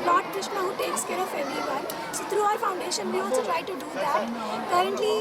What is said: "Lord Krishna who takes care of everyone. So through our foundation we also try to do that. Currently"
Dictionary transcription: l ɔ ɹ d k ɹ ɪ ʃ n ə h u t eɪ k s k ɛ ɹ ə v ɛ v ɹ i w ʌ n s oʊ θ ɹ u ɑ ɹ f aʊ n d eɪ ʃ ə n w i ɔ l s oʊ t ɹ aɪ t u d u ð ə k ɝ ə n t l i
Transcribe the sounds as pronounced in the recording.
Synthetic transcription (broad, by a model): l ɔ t k ɹ ɪ ʃ n ə h u t eɪ k s k ɛ ɹ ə f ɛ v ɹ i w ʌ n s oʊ t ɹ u ɑ ɹ f aʊ n d eɪ ʃ ə n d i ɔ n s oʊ t ɹ aɪ t u d u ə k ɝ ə n t l i